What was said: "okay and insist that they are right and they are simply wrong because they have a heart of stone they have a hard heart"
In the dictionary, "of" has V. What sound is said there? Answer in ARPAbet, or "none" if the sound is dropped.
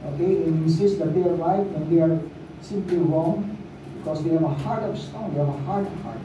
P